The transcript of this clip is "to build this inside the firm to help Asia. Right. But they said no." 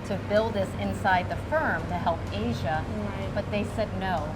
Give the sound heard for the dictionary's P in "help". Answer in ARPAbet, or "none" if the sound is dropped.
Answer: P